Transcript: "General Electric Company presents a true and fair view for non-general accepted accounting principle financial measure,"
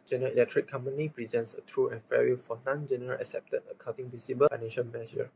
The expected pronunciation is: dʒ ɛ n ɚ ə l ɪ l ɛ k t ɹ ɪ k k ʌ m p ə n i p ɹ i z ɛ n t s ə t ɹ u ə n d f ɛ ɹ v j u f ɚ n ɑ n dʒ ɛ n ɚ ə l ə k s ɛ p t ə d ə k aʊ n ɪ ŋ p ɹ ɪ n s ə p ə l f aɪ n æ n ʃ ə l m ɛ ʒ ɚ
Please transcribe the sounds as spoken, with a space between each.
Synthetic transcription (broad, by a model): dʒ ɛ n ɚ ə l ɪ l ɛ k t ɹ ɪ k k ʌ m p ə n i p ɹ i z ɛ n t s ə t ɹ u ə n f ɛ ɹ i f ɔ n ɑ n dʒ ɛ n ɚ ə l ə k s ɛ p t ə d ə k aʊ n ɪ ŋ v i s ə b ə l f aɪ n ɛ n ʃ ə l m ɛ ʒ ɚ